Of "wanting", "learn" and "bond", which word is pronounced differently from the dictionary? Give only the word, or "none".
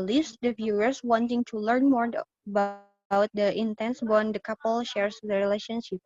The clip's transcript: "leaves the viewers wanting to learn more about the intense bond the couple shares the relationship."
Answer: none